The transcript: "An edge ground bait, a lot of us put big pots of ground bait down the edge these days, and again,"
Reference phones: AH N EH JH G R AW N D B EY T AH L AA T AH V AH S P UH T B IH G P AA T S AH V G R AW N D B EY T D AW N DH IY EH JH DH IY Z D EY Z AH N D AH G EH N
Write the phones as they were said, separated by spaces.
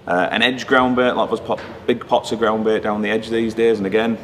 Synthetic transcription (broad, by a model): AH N EH JH G R AW N B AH T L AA AH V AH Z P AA B IH G P AA T S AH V G R AW N B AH T D AW N DH IY EH JH DH IY Z D EY Z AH N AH G EH N